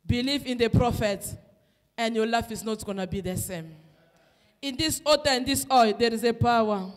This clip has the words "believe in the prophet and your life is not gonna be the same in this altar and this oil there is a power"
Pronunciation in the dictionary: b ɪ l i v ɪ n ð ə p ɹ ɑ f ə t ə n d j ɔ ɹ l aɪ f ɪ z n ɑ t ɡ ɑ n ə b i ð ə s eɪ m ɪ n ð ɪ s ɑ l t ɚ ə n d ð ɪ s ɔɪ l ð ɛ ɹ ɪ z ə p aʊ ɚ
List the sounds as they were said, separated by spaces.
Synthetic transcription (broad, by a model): b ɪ l i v ɪ n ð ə p ɹ ɑ f ə t ə n d j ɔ l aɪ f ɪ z n ɑ t ɡ ɑ n ə b i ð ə s eɪ m ɪ n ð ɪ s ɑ t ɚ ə n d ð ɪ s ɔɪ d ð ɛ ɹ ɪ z ə p aʊ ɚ